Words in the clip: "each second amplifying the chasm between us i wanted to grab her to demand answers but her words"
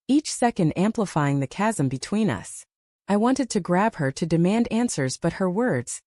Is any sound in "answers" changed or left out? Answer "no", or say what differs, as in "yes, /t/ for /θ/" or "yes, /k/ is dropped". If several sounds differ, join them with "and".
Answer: no